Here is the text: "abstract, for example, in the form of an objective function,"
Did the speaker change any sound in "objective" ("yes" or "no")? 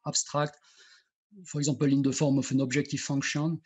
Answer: yes